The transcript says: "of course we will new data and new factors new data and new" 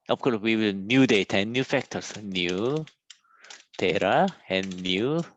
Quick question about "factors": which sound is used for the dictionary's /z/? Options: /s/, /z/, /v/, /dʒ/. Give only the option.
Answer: /s/